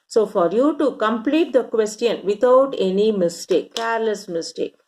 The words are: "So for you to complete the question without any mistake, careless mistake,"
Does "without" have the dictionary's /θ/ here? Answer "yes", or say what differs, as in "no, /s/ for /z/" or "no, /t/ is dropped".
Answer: no, /t/ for /θ/